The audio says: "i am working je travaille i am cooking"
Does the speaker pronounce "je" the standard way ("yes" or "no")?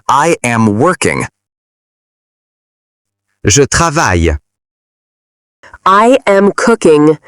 no